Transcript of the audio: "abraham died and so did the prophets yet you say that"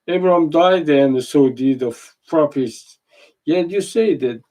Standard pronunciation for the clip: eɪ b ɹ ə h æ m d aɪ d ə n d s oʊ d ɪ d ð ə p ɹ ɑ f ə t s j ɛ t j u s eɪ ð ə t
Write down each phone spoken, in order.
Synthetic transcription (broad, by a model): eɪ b ɹ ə h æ m d aɪ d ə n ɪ s oʊ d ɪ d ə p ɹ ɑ p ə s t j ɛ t j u s eɪ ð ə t